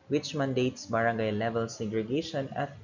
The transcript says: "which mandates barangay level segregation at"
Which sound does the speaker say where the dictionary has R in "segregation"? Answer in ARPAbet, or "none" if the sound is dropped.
R